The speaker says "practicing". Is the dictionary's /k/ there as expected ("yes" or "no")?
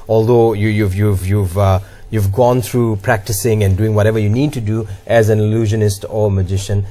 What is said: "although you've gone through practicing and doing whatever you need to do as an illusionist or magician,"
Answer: yes